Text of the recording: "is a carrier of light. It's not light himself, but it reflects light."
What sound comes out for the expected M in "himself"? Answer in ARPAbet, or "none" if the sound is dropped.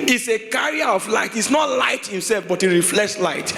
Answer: M